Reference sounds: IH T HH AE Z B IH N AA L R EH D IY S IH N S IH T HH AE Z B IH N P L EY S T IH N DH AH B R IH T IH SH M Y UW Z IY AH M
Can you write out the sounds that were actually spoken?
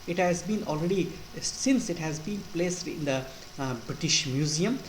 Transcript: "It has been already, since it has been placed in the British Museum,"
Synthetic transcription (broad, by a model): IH T HH AE Z B IH N AA L R EH D IY S IH N S IH T HH AE Z B IH N P L EY S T IH N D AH B R IH T IH SH M Y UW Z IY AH M